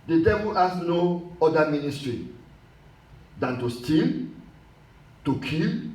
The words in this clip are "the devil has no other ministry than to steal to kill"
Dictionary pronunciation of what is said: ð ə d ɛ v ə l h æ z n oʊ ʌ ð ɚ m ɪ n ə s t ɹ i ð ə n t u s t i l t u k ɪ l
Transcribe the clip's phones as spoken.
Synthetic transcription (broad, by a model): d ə d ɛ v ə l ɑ s n oʊ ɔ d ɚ m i n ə s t ɹ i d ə n t u s t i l t u k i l